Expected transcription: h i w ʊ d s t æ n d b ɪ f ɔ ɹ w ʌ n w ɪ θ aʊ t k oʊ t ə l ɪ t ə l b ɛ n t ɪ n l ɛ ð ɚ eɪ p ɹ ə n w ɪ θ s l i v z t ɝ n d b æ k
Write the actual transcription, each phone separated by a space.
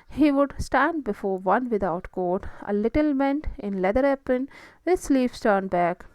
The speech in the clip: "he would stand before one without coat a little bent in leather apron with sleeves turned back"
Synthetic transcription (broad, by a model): h i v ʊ d s t æ n d b ɪ f ɔ ɹ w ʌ n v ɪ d aʊ t k oʊ t ə l ɪ t ə l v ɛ n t ɪ n l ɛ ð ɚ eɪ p ə n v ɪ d s l i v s t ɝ n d b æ k